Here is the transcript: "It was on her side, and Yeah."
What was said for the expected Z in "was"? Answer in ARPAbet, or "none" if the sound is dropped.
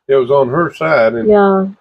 Z